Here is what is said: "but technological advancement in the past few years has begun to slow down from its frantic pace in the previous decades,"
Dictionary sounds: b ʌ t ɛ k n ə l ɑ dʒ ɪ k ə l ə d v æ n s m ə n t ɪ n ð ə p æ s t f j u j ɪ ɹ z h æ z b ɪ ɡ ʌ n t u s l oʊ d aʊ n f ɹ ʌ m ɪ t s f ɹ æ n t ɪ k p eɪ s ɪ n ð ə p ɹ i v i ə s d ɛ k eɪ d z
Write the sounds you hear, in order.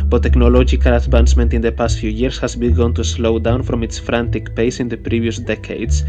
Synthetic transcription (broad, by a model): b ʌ t ɛ k n ə l ɑ dʒ ɪ k ə l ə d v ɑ n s m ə n t ɪ n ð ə p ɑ s t f j u j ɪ ɹ s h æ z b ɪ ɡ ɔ n t u s l oʊ d aʊ n f ɹ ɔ m ɪ t s f ɹ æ n t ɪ k p eɪ s ɪ n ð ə p ɹ i v i ə s d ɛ k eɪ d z